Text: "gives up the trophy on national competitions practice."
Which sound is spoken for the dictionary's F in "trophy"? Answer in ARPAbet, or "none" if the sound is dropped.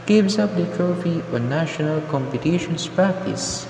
F